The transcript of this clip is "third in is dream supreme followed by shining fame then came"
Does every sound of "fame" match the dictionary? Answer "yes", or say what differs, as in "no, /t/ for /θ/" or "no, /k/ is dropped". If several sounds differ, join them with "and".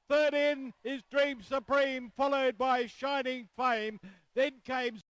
yes